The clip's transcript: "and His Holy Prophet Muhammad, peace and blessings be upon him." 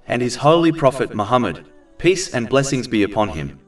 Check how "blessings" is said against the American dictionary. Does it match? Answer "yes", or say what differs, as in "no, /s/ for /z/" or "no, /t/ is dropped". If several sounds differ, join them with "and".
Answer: yes